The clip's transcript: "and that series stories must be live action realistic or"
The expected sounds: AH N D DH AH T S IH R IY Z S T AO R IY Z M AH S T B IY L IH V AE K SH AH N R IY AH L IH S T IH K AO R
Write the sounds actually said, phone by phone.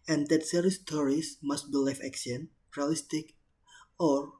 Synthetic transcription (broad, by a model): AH N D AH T S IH R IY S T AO R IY S M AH S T B IY L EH F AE K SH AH N R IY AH L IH S T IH K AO R